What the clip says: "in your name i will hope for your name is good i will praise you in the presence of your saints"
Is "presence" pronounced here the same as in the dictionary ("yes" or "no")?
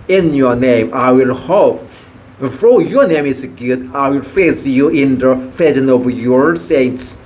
no